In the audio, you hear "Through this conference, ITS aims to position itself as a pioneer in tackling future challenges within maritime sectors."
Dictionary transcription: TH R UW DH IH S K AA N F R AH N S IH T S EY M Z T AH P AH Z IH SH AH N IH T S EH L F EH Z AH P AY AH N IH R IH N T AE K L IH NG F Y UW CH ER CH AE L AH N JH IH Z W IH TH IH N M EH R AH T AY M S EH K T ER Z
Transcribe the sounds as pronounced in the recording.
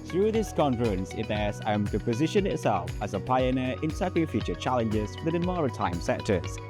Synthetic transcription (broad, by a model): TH R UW DH IH S K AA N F R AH N S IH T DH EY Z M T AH P AH Z IH SH AH N IH T S EH L F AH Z AH P AY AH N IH R IH N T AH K IH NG F Y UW CH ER CH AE L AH N JH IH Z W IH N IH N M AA R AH T AY M S EH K T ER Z